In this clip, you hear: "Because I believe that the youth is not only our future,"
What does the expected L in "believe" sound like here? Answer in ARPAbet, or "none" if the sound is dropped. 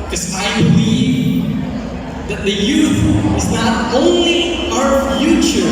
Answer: none